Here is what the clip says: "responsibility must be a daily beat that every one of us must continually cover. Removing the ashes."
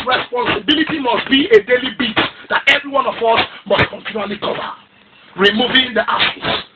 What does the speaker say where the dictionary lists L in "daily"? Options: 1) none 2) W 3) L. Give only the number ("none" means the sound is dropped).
3